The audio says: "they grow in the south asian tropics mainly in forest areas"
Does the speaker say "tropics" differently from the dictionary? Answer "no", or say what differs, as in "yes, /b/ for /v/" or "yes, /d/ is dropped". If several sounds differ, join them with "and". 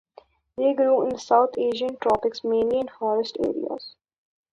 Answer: no